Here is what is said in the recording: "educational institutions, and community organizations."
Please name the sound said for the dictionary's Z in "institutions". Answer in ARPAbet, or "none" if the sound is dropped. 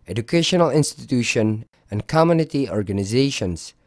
none